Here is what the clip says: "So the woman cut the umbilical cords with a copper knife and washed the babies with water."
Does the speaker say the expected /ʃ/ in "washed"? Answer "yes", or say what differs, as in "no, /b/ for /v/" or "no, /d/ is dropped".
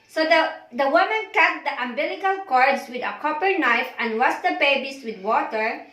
no, /s/ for /ʃ/